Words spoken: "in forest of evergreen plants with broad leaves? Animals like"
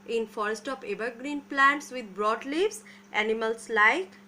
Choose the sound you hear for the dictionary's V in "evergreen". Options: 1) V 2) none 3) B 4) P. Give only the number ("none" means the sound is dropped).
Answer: 3